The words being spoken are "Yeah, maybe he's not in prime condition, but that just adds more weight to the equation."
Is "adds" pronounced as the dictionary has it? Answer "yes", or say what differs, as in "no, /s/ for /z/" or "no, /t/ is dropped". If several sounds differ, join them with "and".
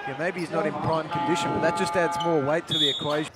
yes